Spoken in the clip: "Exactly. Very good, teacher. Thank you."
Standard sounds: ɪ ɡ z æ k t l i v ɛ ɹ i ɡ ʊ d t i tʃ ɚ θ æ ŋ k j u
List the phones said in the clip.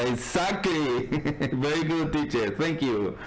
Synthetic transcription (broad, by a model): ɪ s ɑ k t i v ɛ ɹ i ɡ ʊ d t i tʃ ɚ t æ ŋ k j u